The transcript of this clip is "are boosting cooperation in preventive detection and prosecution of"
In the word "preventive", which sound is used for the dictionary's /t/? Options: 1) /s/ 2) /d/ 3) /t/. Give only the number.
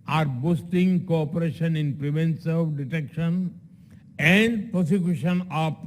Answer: 1